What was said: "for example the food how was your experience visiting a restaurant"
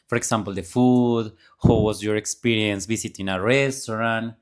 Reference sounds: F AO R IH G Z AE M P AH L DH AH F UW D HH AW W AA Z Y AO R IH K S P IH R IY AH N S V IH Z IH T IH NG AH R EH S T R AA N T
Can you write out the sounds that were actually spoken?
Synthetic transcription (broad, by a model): F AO R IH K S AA M P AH L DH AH F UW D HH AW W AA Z Y AO R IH K S P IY R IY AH N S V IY S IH T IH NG AH R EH S T R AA N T